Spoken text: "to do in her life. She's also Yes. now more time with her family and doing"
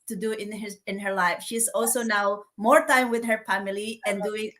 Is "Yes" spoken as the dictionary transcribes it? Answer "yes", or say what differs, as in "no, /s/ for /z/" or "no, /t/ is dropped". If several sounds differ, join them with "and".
no, /s/ is dropped